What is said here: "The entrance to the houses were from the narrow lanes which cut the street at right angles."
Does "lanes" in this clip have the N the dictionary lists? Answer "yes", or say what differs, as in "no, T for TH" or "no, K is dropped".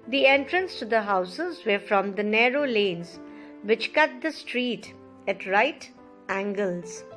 yes